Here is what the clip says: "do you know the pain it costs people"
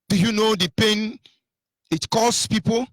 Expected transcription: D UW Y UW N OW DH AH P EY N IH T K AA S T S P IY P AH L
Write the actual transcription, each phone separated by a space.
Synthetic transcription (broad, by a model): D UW Y UW N OW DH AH P EY N IH T K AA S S P IY P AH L